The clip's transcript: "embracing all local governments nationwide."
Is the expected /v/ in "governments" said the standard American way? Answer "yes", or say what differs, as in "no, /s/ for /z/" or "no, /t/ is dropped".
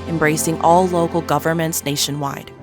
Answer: yes